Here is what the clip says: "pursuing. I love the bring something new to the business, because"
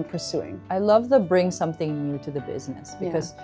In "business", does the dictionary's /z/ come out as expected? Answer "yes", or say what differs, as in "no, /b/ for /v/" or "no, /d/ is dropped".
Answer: yes